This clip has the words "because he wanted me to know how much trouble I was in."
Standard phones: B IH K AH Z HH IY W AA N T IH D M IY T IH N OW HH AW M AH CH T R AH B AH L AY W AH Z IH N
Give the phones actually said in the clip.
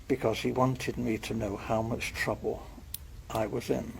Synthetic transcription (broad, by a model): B IH K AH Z HH IY W AA N T IH D M IY T IH N OW HH AW M AH CH T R AH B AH L AY W AH Z IH N